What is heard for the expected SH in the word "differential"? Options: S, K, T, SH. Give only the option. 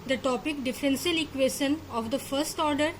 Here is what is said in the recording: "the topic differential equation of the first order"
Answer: S